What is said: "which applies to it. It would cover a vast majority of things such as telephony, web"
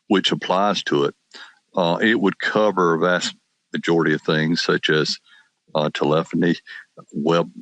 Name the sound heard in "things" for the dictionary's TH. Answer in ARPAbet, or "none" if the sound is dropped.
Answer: TH